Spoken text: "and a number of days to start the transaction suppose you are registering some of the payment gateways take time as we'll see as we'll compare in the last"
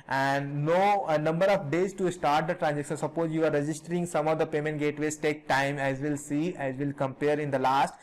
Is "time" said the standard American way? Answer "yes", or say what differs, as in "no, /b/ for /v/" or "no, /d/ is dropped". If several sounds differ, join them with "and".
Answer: yes